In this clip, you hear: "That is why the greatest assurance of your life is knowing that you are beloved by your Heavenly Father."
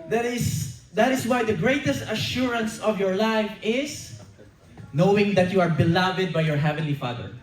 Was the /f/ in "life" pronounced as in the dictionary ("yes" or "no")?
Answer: yes